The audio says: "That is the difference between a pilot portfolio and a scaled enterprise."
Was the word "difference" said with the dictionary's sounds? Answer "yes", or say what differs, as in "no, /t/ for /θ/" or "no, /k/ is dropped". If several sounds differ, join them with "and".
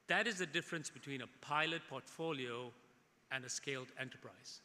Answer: yes